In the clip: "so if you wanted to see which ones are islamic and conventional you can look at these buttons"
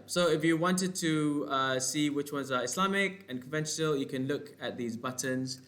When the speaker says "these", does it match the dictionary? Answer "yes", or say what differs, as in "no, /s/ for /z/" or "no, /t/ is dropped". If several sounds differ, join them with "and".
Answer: yes